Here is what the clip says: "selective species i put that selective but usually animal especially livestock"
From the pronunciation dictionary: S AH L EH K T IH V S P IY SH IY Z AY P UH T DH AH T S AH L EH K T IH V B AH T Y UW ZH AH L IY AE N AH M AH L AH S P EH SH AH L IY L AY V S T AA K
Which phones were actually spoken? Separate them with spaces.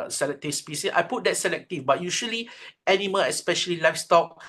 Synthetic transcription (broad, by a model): S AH L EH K T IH S P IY S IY S AY P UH T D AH T S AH L EH K T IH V B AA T Y UW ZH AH L IY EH N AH M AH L AH S P EH SH AH L IY L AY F S T AA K